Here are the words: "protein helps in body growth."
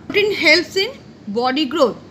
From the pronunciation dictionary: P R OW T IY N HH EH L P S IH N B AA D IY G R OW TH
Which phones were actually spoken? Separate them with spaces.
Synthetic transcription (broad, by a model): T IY N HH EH L S IH N B AA D IY G R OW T